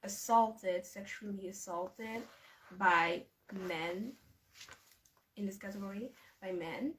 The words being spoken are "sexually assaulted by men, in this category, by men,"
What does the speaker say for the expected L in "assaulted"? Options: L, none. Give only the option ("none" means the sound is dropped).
L